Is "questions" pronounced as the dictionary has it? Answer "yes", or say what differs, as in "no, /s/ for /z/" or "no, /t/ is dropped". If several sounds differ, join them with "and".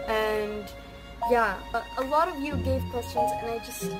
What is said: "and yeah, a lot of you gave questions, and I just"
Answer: yes